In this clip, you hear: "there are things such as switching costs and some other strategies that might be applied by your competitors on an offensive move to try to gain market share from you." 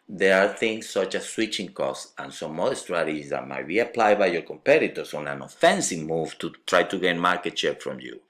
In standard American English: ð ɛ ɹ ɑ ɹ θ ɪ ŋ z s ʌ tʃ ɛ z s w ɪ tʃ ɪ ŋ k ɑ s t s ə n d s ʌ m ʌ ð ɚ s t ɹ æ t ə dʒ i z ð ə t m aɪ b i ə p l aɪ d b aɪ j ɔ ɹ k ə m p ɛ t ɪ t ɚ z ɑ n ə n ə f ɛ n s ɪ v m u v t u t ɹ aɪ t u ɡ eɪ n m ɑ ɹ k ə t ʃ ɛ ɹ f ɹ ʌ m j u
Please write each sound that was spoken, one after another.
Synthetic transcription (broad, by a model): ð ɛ ɹ ɑ ɹ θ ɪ ŋ s ʌ tʃ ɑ s w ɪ tʃ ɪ ŋ k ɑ s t ə n s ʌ m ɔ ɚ s t ɹ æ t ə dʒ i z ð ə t m aɪ b i ə p l aɪ d b aɪ j ɔ ɹ k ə m p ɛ t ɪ t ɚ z ɑ n ə n ə f ɛ n s ɪ v m u v t u t ɹ aɪ t u ɡ eɪ n m ɑ ɹ k ə t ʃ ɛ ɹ f ɹ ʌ m j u